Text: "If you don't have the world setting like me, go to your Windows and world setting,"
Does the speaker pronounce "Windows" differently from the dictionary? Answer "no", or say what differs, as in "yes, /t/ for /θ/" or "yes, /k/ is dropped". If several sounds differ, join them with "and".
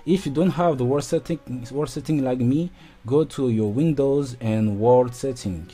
no